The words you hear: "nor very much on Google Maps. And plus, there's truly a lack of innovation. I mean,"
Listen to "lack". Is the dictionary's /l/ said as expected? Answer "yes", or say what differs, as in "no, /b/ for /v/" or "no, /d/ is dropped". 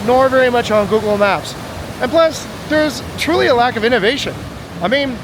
yes